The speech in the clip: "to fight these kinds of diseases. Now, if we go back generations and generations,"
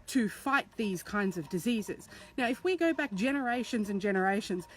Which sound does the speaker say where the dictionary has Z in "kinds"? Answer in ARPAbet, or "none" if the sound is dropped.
Z